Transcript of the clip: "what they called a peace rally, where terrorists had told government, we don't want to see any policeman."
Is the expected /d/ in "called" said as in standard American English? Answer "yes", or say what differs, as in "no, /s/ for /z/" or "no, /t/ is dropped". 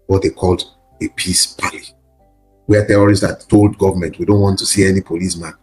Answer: yes